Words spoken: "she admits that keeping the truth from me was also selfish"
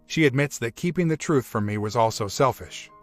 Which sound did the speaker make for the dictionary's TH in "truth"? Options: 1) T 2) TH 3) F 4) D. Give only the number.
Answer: 2